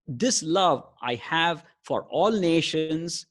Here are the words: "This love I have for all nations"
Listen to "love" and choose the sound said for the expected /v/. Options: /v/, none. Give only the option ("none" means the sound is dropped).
/v/